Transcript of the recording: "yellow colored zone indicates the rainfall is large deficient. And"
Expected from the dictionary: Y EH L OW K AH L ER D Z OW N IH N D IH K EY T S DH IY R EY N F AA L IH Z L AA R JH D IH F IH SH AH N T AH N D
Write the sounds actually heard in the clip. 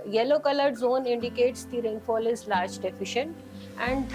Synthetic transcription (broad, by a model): Y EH L OW K AH L ER D Z OW N IH N D IH K EY T S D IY R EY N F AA L IH Z L AA R JH D IH F IH SH AH N T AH N D